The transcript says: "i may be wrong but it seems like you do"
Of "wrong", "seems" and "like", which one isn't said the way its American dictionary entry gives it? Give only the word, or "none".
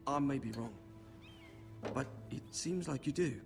none